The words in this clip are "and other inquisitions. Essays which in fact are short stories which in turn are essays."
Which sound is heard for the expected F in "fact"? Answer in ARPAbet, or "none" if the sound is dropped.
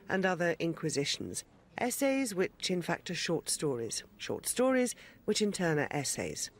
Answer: F